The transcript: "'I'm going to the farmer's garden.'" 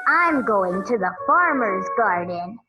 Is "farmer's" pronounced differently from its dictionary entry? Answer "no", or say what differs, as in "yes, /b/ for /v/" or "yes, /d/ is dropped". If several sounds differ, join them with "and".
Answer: no